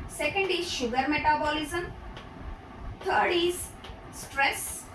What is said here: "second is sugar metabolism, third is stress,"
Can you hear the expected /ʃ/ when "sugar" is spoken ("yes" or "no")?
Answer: yes